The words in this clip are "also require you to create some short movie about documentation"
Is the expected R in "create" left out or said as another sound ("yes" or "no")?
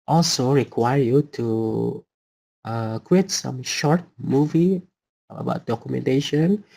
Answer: yes